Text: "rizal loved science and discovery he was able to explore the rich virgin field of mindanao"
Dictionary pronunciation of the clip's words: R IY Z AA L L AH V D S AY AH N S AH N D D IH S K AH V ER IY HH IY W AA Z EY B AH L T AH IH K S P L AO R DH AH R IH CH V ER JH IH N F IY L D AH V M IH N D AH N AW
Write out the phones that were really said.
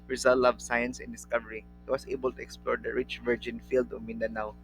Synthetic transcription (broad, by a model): R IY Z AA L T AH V S AY AH N S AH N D D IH S K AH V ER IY HH IY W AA S EY B AH L T AH IH K S P L AO R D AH R IH CH V ER JH IH N F IY L D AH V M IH N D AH N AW